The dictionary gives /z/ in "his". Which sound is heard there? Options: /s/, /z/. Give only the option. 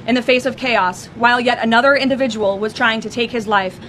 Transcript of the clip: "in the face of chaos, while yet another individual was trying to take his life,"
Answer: /z/